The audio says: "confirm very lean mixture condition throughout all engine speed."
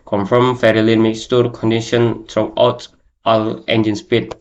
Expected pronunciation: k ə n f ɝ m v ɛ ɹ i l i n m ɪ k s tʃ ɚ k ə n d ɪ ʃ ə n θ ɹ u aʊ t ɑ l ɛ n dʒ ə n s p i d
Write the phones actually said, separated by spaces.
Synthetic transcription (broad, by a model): k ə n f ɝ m f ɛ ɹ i l i n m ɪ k s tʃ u k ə n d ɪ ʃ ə n t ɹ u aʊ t ɑ l ɛ n dʒ ə n s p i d